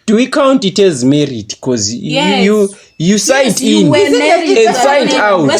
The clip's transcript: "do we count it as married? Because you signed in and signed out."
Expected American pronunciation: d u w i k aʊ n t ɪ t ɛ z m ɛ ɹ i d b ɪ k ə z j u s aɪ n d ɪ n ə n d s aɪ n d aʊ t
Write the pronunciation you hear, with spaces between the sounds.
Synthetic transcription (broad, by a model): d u w i k aʊ n t ɪ t ɛ z m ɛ ɹ i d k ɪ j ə j u s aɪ d ɪ n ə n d s aɪ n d aʊ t